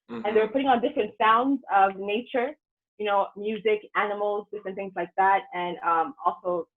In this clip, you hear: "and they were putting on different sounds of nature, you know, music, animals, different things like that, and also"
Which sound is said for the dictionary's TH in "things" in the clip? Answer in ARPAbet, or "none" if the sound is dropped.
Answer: TH